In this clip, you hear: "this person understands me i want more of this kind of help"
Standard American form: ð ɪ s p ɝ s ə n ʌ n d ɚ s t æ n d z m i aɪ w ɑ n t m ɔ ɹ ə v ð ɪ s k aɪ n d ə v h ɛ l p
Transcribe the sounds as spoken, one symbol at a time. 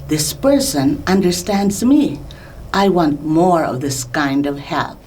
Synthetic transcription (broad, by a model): ð ɪ s p ɝ s ə n ʌ n d ɚ s t æ n d z m i aɪ w ɑ n t m ɔ ɹ ə v ð ɪ s k aɪ n d ə v h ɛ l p